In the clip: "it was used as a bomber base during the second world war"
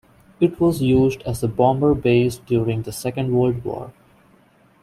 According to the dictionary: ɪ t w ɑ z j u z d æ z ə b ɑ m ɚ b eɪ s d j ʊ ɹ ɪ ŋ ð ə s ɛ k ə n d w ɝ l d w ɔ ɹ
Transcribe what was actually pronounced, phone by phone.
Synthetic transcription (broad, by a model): ɪ t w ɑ z j u z d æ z ə b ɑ m ɚ b eɪ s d j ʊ ɹ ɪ ŋ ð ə s ɛ k ə n d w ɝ l d w ɔ ɹ